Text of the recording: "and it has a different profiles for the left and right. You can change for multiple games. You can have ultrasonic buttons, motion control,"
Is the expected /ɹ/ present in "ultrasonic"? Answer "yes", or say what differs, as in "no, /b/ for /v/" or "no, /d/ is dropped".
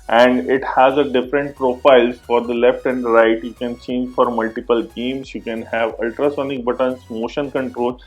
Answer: yes